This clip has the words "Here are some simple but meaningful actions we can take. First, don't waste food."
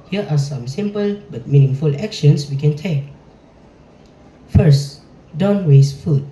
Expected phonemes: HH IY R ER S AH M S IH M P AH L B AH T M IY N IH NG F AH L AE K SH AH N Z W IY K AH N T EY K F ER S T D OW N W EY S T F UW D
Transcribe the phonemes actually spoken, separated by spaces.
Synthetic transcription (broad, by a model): HH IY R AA S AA M S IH M P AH L B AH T M IY N IH NG F AH L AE K SH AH N S W IY K AH N T EY K F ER S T D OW N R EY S F UW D